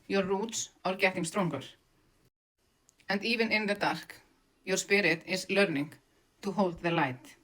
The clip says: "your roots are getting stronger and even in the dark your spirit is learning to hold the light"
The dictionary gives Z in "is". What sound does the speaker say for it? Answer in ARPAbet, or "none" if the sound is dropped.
S